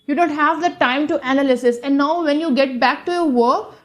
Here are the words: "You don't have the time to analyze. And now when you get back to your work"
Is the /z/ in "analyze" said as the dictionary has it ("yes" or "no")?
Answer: no